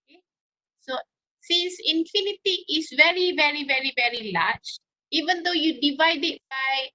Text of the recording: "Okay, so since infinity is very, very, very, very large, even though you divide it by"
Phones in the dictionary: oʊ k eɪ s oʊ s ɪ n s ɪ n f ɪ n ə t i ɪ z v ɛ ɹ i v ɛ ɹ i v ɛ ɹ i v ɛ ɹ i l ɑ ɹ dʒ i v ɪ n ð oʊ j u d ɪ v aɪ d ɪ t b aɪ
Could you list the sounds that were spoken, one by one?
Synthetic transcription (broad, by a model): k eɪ s oʊ s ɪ n s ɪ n f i n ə t i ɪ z v ɛ ɹ i v ɛ ɹ i v ɛ ɹ i v ɛ ɹ i l ɑ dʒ i v ɪ n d oʊ j u d ɪ v aɪ d ɪ t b aɪ